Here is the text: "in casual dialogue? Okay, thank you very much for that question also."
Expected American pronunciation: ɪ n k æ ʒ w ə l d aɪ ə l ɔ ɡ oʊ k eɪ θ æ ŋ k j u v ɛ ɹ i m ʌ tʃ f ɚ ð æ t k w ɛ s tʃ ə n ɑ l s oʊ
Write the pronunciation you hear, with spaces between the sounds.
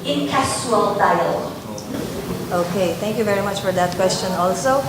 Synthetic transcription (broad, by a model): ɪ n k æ s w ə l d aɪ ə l ɔ ʊ k eɪ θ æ ŋ k j u v ɛ ɹ i m ʌ tʃ f ɚ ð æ t k w ɛ s tʃ ə n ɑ l s oʊ